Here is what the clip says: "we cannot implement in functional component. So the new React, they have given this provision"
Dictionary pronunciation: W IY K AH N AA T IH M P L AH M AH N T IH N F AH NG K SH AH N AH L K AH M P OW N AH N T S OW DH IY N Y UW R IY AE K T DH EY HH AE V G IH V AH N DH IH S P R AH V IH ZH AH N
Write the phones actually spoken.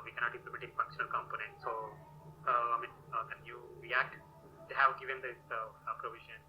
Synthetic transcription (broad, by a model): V IY K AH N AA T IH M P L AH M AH T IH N F AH NG K SH AH N AH L K AH M P OW N AH N T S OW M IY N Y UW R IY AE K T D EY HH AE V G IH V AH N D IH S P R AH V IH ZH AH N